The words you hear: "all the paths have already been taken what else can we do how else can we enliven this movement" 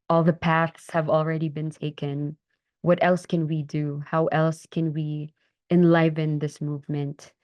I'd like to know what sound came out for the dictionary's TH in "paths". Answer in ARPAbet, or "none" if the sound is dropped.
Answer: TH